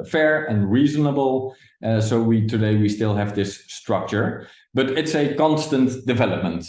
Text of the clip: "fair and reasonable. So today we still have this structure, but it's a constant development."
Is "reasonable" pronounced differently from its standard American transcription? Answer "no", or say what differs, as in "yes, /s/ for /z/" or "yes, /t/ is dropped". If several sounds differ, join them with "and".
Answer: no